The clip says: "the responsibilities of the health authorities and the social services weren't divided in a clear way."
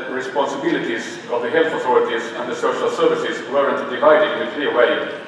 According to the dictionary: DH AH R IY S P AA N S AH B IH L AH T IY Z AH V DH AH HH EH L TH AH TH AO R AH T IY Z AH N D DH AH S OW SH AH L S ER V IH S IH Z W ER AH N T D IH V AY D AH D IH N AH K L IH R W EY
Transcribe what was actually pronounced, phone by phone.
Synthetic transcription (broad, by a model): R IY S P AA N S AH B IH L AH T IY Z AH V DH AH HH EH L TH AH TH AO R AH T IY Z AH N DH AH S OW SH AH L S ER V IH S IH Z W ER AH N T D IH V AY D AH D IH N AH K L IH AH W EY